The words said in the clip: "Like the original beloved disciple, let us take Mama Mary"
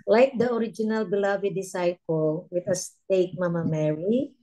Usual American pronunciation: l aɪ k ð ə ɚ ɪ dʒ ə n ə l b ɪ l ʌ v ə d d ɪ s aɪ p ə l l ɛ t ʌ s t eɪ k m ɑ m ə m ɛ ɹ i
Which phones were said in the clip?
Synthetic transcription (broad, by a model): l aɪ k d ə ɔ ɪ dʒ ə n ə l b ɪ l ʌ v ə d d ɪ s aɪ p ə l w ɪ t ʌ s t eɪ k m ɑ m ə m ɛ ɹ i